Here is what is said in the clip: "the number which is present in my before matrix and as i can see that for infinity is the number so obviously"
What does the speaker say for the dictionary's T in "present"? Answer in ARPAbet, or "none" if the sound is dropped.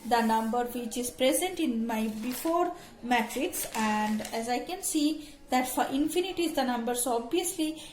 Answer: T